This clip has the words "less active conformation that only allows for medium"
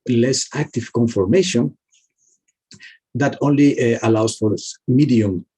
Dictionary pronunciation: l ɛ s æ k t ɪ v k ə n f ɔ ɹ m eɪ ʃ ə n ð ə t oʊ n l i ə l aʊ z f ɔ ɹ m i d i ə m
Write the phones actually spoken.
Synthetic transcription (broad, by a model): l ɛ s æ k t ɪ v k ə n f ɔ ɹ m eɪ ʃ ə n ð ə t oʊ n l i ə l aʊ s f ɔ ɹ m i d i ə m